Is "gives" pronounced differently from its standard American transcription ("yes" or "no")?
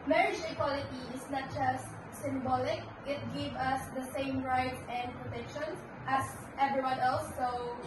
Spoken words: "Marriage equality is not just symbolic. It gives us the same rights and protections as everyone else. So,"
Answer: yes